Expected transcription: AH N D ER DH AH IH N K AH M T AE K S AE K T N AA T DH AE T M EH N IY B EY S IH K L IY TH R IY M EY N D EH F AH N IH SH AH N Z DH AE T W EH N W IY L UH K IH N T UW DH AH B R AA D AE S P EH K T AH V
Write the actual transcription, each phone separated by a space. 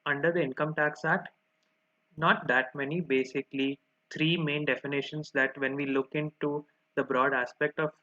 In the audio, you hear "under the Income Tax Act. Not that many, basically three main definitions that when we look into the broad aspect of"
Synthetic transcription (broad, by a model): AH N D ER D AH IH N K AH M T AE K S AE T N AA T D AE T M EH N IY B EY S IH K L IY T R IY M EY N D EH F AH N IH SH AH N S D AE T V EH N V IY L UH K IH N T UW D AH B R AA D AE S P EH K T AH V